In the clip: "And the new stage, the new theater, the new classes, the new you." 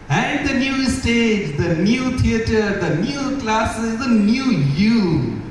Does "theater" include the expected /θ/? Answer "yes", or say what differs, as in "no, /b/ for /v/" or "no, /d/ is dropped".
no, /t/ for /θ/